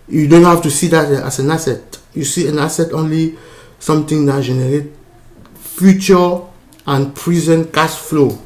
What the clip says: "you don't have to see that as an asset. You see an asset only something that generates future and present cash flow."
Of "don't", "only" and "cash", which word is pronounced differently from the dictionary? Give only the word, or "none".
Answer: cash